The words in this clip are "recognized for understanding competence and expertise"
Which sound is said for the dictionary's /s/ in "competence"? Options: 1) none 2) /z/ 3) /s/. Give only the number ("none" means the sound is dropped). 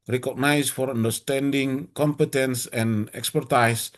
3